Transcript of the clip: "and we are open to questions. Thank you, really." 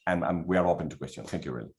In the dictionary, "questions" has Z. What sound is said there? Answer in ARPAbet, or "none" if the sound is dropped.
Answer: none